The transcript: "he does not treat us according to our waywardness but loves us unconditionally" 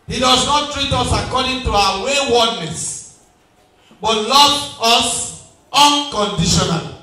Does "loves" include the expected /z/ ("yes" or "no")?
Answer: no